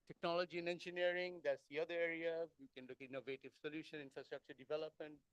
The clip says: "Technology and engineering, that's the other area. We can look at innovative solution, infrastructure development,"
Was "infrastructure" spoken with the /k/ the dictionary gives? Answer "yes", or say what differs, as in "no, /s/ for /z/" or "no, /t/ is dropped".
yes